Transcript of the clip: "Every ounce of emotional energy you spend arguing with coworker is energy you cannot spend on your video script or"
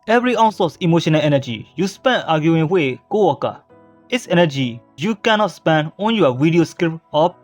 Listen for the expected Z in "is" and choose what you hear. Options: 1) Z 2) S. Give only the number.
2